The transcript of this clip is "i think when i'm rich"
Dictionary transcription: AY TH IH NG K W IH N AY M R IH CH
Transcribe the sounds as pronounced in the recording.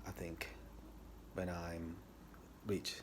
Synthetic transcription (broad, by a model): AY TH IH NG K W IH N AY M R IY CH